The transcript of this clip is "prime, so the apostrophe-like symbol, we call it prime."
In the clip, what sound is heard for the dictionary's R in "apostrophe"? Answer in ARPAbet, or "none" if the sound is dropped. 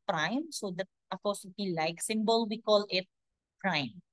none